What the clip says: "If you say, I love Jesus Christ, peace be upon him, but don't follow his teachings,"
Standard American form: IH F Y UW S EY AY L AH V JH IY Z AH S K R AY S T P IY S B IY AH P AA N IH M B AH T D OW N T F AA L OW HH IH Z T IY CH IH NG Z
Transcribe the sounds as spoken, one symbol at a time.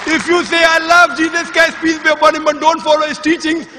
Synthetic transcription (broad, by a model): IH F Y UW S EY AY L AH V JH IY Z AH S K AY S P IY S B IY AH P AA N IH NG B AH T D OW N T F AA L OW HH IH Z T IY CH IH NG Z